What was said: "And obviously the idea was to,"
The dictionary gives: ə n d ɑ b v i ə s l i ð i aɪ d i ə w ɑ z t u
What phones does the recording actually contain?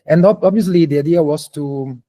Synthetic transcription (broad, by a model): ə n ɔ ɑ b v i ə s l i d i aɪ d i ə w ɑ s t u